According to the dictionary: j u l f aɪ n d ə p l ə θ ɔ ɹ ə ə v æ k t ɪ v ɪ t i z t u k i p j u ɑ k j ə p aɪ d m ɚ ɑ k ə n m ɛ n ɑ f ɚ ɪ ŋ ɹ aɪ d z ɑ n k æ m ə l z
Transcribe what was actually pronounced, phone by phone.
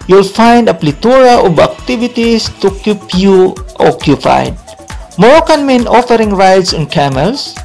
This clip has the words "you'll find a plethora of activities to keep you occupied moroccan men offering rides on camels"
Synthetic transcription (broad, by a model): j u l f aɪ n d ə p l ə t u ɹ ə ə b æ k t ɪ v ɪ t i s t u k i p j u ɑ k j ə p aɪ d m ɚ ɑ k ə n m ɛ n ɑ f ɚ ɪ ŋ ɹ aɪ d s ɑ n k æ m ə l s